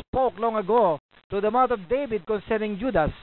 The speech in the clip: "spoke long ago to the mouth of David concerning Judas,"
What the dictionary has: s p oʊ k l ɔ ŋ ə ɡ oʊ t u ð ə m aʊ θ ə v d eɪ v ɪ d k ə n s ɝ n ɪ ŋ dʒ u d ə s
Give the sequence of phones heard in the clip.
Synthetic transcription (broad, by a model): p oʊ k l ɔ ŋ ə ɡ oʊ t u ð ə m aʊ t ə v d eɪ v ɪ d k ə n s ɝ n ɪ ŋ dʒ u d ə s